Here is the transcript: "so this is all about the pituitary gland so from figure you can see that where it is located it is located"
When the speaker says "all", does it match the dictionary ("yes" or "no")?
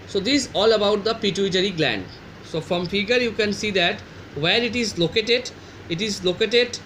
yes